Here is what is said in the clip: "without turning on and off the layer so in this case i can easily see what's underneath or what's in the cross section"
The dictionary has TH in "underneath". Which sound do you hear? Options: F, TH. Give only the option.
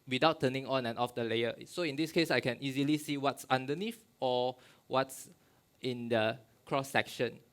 F